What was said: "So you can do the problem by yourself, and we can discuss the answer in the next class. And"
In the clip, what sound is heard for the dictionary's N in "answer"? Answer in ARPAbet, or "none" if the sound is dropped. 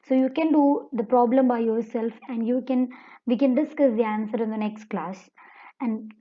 N